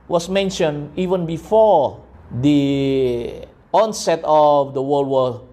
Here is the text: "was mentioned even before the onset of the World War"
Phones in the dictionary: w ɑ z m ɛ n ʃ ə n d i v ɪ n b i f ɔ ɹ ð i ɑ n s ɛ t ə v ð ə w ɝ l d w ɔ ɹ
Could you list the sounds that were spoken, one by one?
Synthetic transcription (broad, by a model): w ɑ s m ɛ n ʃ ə n i v ɪ n b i f ɔ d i ɑ n s ɛ t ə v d ə w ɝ l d w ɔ